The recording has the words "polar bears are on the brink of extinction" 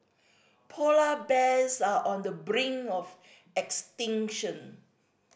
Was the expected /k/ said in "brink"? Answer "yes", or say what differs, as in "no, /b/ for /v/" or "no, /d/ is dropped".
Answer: no, /k/ is dropped